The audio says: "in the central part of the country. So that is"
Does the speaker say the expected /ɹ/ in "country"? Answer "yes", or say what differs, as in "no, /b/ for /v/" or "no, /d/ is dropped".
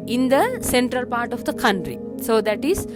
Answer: yes